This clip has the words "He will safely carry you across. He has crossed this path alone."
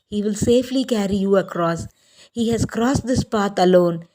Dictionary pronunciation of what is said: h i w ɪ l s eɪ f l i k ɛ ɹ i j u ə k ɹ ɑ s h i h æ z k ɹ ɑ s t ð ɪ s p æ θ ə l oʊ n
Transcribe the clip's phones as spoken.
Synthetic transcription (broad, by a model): h i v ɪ l s eɪ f l i k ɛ ɹ i j u ə k ɹ ɑ s h i h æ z k ɹ ɑ s t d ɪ s p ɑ t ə l oʊ n